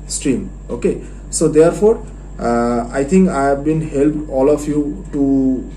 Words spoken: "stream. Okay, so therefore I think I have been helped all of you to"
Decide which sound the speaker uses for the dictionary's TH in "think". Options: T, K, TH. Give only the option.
T